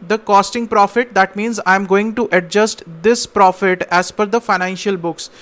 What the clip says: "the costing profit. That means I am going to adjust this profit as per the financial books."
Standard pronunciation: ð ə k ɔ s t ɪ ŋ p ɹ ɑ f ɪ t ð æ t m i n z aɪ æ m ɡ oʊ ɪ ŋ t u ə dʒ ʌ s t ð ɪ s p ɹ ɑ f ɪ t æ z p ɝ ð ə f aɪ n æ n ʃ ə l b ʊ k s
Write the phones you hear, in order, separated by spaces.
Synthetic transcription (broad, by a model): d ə k ɔ s t ɪ ŋ p ɹ ɑ f ɪ t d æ t m i n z aɪ m ɡ oʊ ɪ ŋ t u ə dʒ ʌ s t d ɪ s p ɹ ɑ f ɪ t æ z f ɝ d ə f aɪ n æ n ʃ ə l b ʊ k s